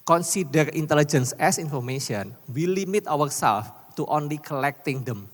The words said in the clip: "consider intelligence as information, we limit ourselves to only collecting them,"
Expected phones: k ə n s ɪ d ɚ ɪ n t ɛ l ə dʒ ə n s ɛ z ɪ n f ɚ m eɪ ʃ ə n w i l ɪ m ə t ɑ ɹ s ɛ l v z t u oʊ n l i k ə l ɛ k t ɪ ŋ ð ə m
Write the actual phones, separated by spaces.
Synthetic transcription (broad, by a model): k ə n s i d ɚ ɪ n t ɛ l ə dʒ ə n s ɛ s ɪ n f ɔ m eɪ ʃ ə n w i l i m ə t ɑ ɹ s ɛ l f t u oʊ n l i k ə l ɛ k t ɪ ŋ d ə m